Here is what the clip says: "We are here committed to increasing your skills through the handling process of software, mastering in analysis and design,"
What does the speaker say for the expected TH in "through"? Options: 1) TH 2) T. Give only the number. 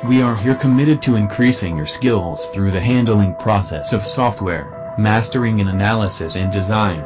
1